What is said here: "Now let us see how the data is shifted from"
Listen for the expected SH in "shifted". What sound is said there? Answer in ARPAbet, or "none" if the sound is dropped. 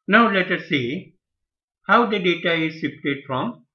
S